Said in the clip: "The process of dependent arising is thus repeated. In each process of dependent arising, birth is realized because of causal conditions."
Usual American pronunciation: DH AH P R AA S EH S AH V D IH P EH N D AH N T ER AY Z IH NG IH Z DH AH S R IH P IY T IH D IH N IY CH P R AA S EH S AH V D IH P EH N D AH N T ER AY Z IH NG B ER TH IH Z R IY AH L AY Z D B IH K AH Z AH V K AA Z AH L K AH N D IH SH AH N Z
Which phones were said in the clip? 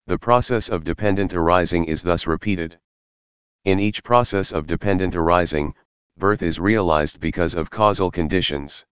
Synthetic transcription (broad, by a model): DH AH P R AA S EH S AH V D IH P EH N D AH N T ER AY Z IH NG IH Z DH AH S R IH P IY T IH D IH N IY CH P R AA S EH S AH V D IH P EH N D AH N T ER AY Z IH NG B ER TH IH Z R IY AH L AY Z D B IH K AH Z AH V K AA Z L K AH N D IH SH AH N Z